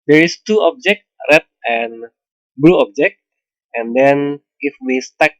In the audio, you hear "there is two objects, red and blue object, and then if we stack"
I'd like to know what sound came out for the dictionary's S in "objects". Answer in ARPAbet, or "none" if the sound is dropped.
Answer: none